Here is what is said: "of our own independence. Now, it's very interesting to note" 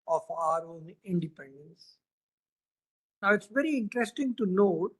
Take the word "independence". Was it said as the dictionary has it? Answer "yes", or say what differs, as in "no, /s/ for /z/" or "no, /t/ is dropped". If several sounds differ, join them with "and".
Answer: yes